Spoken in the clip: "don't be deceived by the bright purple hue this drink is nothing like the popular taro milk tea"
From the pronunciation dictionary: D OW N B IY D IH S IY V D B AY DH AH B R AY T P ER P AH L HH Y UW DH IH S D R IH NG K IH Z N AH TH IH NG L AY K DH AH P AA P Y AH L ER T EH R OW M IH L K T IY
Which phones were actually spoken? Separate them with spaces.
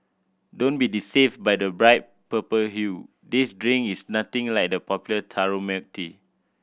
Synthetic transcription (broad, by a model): D OW N B IY D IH S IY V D B AY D AH B R AY T P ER P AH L HH Y UW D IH S D R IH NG IH S N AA T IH NG L AY K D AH P AA P Y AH L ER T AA R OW M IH K T IY